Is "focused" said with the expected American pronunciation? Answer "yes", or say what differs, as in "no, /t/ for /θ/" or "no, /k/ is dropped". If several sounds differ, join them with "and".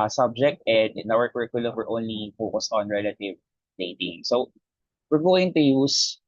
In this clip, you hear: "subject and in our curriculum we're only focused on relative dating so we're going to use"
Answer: yes